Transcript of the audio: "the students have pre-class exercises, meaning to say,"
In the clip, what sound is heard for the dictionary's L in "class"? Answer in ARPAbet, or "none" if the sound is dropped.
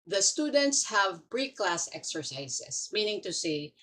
L